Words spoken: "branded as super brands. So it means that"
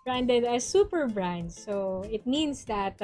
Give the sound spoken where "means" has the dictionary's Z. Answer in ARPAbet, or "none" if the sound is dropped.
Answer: S